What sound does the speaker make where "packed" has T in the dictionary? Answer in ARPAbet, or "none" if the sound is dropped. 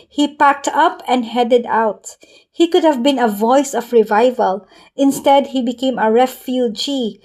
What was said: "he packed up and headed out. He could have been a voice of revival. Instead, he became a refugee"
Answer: T